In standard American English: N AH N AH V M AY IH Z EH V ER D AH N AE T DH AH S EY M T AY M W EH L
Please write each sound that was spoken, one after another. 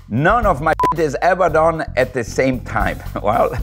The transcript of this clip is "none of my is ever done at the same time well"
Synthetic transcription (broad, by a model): N AH N AH V M AY IH Z EH V ER D AH N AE T DH AH S EY M T AY M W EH L